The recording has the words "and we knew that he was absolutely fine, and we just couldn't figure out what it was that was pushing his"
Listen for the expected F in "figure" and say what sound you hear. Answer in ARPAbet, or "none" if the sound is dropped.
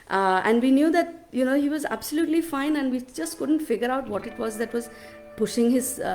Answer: F